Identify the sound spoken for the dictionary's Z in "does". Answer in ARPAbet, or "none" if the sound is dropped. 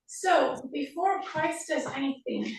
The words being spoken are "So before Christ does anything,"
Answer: Z